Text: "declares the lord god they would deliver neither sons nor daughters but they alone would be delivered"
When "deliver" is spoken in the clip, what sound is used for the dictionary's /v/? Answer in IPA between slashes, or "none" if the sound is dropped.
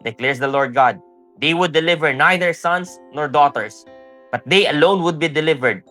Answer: /v/